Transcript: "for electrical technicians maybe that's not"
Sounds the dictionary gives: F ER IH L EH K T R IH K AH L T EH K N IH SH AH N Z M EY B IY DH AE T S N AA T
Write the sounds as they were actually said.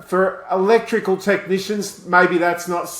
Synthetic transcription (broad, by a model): F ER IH L EH K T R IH K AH L T EH K N IH SH AH N Z M EY B IY DH AE T S N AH T